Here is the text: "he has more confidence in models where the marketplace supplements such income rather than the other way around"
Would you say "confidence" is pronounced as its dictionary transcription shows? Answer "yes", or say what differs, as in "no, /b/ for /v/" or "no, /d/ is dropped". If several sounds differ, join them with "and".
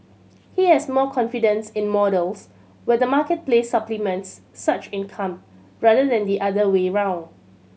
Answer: yes